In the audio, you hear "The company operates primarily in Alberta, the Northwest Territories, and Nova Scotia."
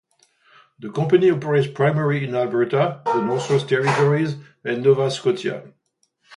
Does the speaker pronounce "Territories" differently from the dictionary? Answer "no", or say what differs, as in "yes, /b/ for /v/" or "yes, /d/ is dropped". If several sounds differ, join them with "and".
no